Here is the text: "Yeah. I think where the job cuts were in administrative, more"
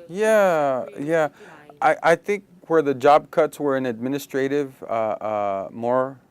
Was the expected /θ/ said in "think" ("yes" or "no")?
yes